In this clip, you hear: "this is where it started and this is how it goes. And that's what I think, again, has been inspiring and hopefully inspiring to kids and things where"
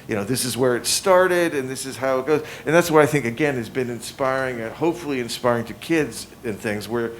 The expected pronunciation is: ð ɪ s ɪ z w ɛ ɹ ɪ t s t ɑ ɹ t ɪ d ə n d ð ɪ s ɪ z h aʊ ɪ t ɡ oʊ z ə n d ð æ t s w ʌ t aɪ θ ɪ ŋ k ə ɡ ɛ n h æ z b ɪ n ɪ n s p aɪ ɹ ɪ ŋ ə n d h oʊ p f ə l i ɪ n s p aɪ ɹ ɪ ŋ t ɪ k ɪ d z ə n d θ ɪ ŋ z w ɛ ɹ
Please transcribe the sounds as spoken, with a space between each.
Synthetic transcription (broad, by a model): ð ɪ s ɪ z w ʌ ɹ ɪ t s t ɑ ɹ t ɪ d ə n ð ɪ s ɪ z h aʊ ɪ t ɡ oʊ z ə n ð æ t s w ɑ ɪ aɪ θ ɪ ŋ k ə ɡ ɛ n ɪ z b ɪ n ɪ n s p aɪ ɹ ɪ ŋ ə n h oʊ p f l i ɪ n s p aɪ ɹ ɪ ŋ t ɪ k ɪ d z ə n θ ɪ ŋ z w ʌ ɹ